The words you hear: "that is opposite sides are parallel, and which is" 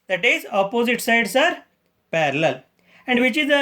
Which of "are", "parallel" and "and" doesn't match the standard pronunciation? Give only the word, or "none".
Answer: none